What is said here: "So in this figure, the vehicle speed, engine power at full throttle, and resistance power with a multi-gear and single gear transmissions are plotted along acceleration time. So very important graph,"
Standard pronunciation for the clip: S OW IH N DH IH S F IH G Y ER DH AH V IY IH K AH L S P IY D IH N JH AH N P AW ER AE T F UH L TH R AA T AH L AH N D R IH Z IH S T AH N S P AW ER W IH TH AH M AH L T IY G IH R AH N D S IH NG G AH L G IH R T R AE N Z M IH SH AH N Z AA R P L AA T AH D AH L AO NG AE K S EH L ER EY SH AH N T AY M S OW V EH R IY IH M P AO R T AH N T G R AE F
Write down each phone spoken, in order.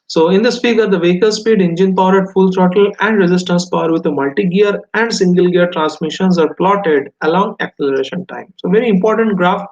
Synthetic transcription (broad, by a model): S OW IH N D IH S P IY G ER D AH V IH K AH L S P IY D IH N JH AH N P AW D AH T F UH L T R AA T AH L AH N D R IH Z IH S T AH N S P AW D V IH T AH M AH L T IY G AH R AH N D S IH NG G AH L G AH R T R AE N S M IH SH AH N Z AA R P L AA T AH D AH L AO NG AE K S EH L ER EY SH AH N T AY M S OW V EH R IY IH M P AO R T AH N T G R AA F